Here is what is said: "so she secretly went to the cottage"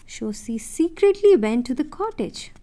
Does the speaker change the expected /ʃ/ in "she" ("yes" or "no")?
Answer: yes